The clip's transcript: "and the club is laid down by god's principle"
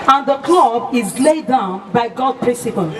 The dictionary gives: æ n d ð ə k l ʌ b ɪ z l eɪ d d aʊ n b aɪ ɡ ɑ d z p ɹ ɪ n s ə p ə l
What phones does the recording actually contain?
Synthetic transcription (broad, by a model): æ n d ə k l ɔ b ɪ z l eɪ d d aʊ n b aɪ ɡ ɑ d p ɹ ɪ n s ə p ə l